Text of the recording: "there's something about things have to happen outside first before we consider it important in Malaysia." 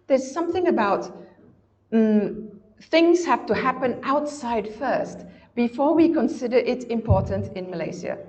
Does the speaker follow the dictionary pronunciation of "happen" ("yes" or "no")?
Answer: yes